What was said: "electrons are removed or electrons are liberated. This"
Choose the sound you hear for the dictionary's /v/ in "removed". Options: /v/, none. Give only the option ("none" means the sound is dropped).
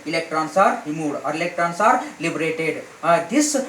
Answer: none